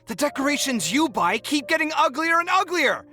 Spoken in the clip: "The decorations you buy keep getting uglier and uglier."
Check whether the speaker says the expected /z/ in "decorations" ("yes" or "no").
yes